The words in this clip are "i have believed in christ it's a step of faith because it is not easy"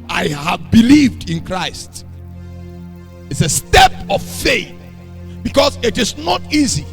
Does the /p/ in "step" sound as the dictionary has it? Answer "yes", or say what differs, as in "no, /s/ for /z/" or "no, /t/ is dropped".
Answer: yes